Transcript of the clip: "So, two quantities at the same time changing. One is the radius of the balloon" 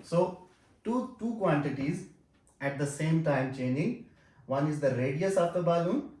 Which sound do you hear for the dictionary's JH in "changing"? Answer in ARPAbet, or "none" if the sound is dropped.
none